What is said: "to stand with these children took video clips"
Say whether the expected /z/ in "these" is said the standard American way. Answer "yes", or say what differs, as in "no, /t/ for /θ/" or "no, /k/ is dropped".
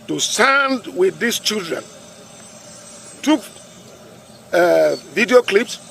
no, /s/ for /z/